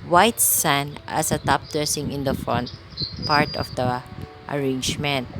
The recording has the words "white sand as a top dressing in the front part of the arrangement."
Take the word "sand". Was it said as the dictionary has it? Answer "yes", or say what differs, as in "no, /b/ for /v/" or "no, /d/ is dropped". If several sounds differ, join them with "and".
no, /d/ is dropped